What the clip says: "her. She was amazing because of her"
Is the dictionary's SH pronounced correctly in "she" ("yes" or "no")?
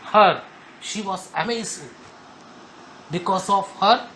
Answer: yes